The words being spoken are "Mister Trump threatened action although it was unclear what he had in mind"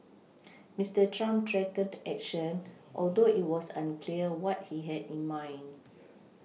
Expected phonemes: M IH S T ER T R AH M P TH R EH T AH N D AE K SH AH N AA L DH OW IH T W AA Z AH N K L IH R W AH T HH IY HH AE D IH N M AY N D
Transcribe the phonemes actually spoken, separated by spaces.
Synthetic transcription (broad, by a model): M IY S T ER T R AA M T R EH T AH D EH K SH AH N AA L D OW IH T W AA S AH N K L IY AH W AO T HH IY HH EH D IH N M AY N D